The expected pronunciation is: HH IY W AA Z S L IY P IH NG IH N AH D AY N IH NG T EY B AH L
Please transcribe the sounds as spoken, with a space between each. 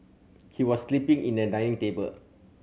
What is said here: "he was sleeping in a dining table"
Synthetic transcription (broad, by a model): HH IY W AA S L IY P IH NG IH N AH D AY IH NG T EY B AH L